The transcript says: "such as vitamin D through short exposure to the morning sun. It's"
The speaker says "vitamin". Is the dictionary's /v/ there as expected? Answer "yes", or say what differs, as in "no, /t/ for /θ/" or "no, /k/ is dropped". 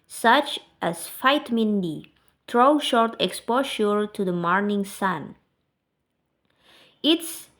no, /f/ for /v/